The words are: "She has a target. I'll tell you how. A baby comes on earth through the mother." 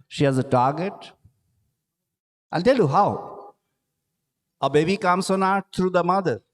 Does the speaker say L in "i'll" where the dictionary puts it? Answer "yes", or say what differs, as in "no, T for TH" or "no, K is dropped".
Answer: no, N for L